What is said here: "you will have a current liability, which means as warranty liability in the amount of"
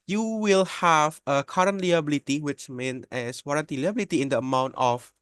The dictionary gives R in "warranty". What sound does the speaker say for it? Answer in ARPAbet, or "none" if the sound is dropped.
R